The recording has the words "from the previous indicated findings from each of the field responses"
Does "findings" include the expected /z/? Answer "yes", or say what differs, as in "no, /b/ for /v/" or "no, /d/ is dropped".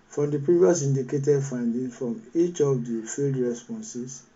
no, /z/ is dropped